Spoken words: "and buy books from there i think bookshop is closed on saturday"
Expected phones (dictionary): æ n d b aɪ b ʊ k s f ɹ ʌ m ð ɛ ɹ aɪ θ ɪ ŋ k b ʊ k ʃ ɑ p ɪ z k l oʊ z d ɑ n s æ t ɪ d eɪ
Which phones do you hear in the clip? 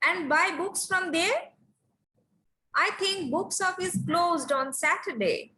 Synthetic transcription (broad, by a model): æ n d b aɪ b ʊ k s f ɹ ʌ m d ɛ ɹ aɪ t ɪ ŋ k b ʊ k s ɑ f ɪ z k l oʊ z d ɑ n s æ t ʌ d eɪ